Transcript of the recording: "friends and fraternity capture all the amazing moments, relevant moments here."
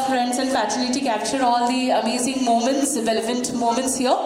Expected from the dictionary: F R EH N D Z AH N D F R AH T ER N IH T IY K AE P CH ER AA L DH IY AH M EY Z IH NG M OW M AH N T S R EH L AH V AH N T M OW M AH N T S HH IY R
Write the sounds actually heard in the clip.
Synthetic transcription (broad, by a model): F R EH N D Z AH N D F AH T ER L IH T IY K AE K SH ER AA L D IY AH M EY Z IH NG M OW M AH N T S R EH L AH V AH N T M OW M AH N T S HH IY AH